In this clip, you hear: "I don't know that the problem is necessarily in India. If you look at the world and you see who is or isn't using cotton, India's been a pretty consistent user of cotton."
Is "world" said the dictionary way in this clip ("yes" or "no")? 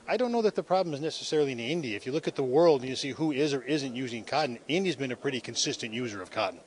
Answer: yes